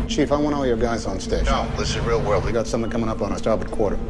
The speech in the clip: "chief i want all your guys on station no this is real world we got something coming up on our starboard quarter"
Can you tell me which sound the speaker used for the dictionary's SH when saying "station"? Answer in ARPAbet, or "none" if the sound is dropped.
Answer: none